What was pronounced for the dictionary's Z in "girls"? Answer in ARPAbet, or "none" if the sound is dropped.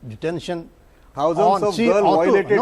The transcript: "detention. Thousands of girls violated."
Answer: none